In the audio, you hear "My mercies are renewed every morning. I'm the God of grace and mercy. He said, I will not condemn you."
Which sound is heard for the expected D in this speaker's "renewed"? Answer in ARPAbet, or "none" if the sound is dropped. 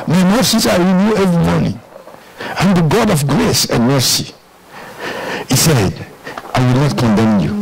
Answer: none